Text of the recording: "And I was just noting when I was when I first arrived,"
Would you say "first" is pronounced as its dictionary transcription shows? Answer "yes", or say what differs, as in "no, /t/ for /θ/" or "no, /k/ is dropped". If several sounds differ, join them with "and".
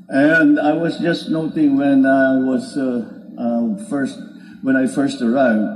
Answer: yes